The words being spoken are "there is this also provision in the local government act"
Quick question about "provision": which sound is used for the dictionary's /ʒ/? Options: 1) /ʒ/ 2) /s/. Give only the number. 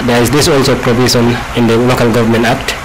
2